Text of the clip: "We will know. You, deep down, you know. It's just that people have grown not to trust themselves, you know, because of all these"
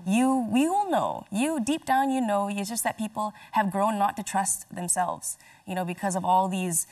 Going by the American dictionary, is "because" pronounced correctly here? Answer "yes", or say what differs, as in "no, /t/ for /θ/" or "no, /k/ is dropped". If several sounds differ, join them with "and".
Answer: yes